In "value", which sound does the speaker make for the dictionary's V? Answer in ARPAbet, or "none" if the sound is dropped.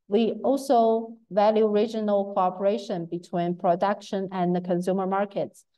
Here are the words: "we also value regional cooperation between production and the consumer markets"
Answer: V